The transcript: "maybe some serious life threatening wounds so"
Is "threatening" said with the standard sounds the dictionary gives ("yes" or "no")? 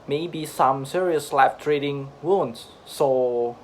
no